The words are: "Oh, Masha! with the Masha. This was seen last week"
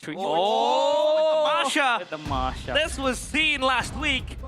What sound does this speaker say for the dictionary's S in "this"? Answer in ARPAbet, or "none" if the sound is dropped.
S